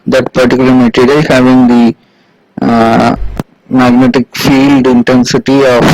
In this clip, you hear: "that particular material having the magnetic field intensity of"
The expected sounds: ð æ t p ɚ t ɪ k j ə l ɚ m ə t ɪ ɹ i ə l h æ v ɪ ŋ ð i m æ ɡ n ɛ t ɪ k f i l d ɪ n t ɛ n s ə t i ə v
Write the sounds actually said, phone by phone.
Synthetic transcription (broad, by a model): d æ t p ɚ t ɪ k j l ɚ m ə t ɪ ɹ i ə h æ v ɪ ŋ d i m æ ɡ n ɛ t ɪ k f i l d ɪ n t ɛ n s ə t i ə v